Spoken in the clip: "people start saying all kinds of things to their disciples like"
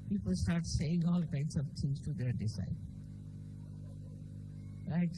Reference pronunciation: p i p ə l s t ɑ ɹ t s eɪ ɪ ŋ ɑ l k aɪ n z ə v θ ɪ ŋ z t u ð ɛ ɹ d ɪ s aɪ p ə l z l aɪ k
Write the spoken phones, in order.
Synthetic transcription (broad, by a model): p i p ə l s t ɑ ɹ t s eɪ ɪ ŋ ɑ l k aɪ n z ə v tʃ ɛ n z t u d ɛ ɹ d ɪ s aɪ ə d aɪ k